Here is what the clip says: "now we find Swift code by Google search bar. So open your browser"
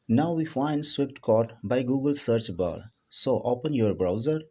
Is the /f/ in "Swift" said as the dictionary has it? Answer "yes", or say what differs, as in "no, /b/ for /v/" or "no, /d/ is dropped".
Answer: no, /p/ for /f/